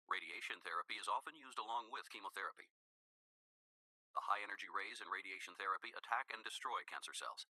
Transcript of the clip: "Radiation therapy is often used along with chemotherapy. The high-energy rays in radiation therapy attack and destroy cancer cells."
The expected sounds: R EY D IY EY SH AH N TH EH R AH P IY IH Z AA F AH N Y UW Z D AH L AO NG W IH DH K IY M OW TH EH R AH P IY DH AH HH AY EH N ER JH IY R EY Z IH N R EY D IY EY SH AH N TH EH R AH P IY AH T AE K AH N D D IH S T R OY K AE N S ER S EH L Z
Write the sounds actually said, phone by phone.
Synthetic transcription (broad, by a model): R EY D IY EY SH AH N TH EH R AH P IY IH Z AA F AH N Y UW Z D AH L AO NG W IH DH K IY M OW TH EH R AH P IY DH AH HH AY EH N ER JH IY R EY Z IH N R EY D IY EY SH N TH EH R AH P IY AH T AE K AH N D D IH S T R OY K AE N S ER S EH L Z